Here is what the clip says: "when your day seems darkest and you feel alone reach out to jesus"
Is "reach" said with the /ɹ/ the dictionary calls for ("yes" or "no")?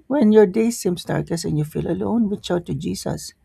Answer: no